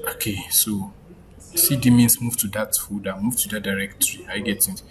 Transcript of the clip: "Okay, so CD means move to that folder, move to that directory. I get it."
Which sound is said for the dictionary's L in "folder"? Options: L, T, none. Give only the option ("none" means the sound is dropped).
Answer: none